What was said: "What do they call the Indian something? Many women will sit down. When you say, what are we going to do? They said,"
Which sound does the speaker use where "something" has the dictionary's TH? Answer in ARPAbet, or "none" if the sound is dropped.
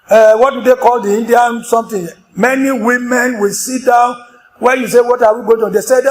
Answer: T